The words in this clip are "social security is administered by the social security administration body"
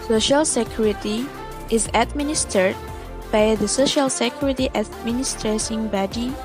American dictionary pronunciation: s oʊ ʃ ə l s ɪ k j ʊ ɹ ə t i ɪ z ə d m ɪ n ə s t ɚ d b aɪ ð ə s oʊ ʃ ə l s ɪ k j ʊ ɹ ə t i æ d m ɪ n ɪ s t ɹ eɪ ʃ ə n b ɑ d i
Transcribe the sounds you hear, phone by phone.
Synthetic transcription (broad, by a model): s oʊ ʃ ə l s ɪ k j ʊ ɹ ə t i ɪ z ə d m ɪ n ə s t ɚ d b aɪ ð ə s oʊ ʃ ə l s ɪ k j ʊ ɹ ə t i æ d m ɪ n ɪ s t ɹ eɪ s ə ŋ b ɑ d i